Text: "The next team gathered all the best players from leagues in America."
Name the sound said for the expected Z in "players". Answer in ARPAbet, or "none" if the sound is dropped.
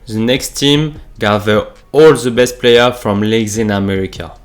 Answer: none